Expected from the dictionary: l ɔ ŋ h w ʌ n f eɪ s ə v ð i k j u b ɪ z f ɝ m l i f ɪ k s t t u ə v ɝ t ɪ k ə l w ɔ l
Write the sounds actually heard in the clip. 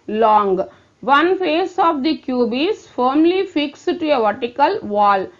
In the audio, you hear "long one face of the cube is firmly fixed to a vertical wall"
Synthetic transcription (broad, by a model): l ɔ ŋ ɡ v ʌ n f eɪ s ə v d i k j u b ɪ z f ɝ m l i f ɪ k s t t u ə v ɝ t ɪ k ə l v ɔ l